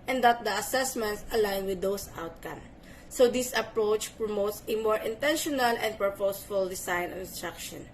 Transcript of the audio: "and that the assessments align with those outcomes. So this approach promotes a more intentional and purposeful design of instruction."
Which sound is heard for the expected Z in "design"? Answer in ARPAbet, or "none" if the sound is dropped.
S